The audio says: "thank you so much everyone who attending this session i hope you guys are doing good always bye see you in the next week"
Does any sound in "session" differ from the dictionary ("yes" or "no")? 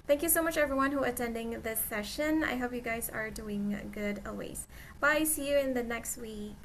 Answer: no